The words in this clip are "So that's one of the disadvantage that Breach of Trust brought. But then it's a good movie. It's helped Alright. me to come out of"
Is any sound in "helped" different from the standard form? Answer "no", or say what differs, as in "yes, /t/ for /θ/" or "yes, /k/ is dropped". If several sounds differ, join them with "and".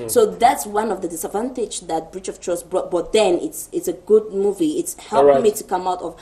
yes, /t/ is dropped